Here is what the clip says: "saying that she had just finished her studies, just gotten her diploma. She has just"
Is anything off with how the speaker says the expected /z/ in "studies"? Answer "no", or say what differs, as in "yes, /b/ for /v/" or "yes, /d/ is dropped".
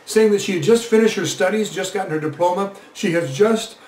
no